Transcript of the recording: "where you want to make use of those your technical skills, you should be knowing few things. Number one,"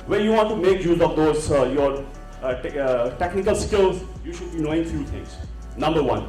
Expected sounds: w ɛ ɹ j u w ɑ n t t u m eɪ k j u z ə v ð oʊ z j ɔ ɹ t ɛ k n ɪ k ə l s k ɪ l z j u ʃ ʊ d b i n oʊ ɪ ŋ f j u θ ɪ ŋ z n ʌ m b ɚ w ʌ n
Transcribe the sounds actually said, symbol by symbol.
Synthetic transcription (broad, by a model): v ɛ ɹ j u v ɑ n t t u m eɪ k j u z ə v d oʊ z j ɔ ɹ t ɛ k n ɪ k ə l s k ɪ l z j u ʃ ʊ d b i n oʊ ɪ ŋ f j u t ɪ ŋ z n ʌ m b ɚ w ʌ n